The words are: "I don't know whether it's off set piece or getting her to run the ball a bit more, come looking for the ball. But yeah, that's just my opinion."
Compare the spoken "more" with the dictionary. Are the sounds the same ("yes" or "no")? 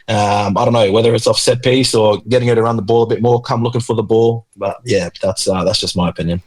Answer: yes